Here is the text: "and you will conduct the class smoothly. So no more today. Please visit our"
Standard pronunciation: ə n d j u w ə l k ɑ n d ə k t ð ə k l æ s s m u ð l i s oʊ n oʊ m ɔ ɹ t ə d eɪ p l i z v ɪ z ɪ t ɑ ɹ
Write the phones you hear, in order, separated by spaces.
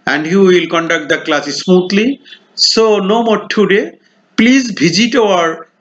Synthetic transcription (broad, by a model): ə n d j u w ə l k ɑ n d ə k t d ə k l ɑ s s m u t l i s oʊ n oʊ m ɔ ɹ t ə d eɪ p l i z b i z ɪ t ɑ ɹ